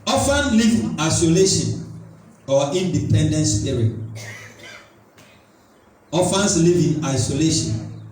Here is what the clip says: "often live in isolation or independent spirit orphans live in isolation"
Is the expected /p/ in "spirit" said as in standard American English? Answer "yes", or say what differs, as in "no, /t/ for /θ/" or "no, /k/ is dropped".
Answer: no, /p/ is dropped